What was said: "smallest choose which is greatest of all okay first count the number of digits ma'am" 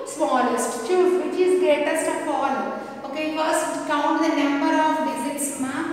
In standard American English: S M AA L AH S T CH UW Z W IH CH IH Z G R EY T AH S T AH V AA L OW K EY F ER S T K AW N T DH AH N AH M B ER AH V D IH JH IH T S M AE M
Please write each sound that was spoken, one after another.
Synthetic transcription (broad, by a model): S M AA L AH S T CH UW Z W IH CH IH Z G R EY T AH S T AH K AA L OW K EY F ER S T K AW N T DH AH N AH M B ER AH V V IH Z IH T S M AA